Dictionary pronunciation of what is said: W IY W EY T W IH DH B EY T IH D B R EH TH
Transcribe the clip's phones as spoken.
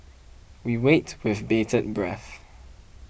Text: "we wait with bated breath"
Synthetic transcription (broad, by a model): W IY W EY T W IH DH B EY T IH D B R EH TH